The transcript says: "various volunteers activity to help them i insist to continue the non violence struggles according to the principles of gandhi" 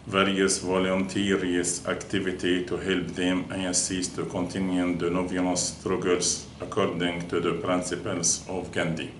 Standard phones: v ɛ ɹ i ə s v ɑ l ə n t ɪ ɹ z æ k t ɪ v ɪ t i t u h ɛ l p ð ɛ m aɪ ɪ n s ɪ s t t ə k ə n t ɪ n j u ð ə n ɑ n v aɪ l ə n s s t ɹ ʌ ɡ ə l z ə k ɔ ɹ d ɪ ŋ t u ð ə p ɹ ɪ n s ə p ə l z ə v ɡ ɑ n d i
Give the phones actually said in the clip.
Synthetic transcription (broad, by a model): v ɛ ɹ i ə s v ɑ l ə n t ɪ ɹ s æ k t ɪ v ɪ t i t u h ɛ l p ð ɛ m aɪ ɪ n s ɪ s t t ə k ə n t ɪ n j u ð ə n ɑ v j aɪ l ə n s s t ɹ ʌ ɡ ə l s ə k ɔ ɹ d ɪ ŋ t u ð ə p ɹ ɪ n s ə p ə l s ə v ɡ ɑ n d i